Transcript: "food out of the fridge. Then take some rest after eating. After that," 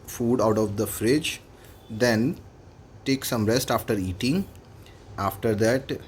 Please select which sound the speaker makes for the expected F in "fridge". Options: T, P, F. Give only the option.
F